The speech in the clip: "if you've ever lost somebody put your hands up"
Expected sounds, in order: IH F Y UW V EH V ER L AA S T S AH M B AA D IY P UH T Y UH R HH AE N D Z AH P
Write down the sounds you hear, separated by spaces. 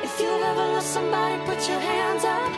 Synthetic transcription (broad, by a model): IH F Y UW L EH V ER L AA T S AH M B AA D IY P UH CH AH R HH AE N D Z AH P